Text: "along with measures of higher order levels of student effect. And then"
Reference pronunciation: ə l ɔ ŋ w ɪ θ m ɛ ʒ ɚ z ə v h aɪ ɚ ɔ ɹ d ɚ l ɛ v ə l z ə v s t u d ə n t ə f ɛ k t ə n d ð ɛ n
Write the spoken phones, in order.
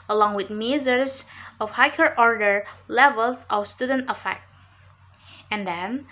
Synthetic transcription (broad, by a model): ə l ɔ ŋ w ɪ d m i z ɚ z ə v h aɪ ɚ ɔ ɹ d ɚ l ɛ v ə l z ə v s t u d ə n t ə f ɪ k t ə n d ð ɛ n